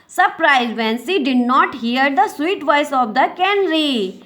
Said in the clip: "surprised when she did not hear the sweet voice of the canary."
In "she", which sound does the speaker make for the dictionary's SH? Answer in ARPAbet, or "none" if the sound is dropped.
S